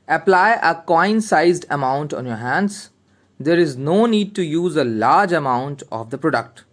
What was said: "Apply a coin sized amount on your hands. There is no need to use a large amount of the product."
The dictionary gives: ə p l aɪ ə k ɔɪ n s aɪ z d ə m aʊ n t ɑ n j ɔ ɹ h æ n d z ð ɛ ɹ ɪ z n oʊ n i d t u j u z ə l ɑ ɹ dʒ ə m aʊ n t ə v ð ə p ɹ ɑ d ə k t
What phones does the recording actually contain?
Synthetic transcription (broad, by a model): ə p l aɪ ə k ɔɪ n s aɪ z d ə m aʊ n t ɑ n j ɔ ɹ h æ n d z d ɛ ɹ ɪ z n oʊ n i d t u j u z ə l ɑ ɹ dʒ ə m aʊ n t ə v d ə p ɹ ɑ d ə k t